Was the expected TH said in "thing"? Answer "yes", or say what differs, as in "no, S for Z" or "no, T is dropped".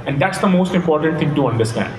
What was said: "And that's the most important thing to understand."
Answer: no, T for TH